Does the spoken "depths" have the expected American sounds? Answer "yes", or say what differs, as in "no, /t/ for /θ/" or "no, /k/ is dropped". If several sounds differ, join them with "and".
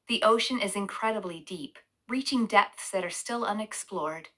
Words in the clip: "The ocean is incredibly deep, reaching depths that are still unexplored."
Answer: yes